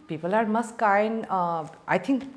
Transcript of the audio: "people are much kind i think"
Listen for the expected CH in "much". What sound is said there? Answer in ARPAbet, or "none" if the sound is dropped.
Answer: S